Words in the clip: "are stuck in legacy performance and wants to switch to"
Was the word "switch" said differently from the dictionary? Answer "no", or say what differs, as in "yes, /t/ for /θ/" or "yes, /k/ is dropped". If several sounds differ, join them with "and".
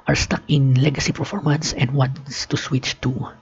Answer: no